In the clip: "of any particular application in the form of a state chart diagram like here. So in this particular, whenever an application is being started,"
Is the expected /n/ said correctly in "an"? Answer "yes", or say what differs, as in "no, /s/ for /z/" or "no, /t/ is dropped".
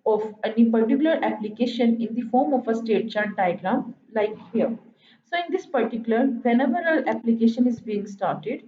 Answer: no, /l/ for /n/